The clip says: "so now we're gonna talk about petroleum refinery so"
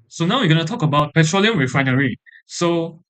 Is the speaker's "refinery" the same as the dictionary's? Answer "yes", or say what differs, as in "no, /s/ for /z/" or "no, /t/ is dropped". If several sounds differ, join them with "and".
no, /w/ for /ɹ/